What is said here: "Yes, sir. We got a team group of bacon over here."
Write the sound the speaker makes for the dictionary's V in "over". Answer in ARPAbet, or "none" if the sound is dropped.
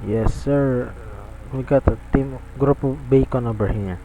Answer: B